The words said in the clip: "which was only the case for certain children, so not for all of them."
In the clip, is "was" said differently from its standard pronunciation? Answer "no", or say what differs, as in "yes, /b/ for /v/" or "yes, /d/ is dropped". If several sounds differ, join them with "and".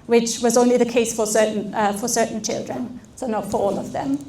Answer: no